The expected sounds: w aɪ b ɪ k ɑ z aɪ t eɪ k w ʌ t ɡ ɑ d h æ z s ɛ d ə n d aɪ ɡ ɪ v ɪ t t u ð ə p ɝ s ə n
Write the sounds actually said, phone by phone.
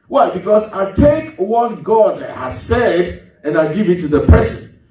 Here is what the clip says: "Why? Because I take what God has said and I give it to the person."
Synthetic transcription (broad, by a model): w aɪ b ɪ k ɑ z aɪ t eɪ k w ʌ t ɡ ɑ d h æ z s ɛ d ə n aɪ ɡ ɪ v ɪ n t u ð ə p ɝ s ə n